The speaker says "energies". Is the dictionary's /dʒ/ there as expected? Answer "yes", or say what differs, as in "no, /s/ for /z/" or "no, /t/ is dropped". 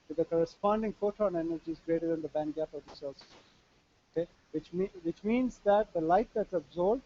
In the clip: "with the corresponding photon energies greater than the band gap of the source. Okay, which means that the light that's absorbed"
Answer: yes